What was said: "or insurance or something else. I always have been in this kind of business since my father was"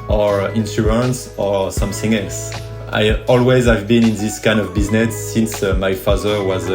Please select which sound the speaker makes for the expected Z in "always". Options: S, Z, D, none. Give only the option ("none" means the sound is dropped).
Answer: Z